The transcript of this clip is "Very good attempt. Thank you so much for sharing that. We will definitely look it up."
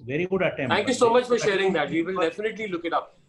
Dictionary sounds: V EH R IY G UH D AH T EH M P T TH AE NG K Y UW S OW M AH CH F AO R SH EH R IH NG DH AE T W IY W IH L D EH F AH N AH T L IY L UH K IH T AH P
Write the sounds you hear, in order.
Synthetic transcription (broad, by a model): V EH R IY G UH D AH T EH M T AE NG K Y UW S OW M AH CH F AO R SH EH R IH NG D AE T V IY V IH L D EH F AH N AH T L IY L UH K IH T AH P